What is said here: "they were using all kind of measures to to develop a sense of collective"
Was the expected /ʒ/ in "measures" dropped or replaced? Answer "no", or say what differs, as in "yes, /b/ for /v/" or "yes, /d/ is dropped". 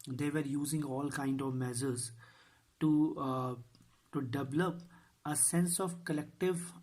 yes, /z/ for /ʒ/